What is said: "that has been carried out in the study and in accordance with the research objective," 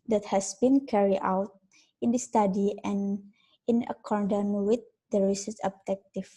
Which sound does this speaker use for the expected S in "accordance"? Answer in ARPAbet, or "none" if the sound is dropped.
none